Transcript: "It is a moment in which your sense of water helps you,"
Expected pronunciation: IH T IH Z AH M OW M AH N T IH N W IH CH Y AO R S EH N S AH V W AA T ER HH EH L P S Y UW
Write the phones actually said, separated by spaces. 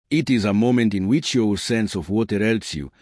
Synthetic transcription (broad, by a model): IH T IH Z AH M OW M AH N T IH N W IH CH Y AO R S EH N S AH V W AA T ER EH L S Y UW